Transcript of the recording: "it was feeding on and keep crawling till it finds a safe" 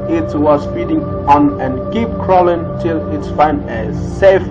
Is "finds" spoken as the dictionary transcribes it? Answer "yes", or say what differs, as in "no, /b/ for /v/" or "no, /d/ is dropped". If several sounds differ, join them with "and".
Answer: no, /z/ is dropped